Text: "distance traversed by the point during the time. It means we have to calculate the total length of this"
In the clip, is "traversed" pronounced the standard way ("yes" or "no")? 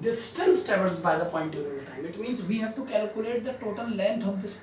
no